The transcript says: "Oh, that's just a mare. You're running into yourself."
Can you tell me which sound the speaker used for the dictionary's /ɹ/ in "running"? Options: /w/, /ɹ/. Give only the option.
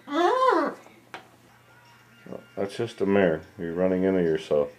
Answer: /ɹ/